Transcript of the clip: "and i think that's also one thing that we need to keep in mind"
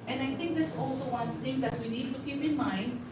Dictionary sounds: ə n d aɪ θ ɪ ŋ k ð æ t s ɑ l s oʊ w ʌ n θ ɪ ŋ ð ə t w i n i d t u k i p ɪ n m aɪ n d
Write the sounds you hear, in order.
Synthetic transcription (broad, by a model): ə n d aɪ t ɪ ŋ k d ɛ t s ɑ l s oʊ w ʌ n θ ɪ ŋ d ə t w i n i d t u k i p ɪ n m aɪ n d